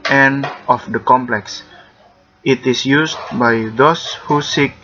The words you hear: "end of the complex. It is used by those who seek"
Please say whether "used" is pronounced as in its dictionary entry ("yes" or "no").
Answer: no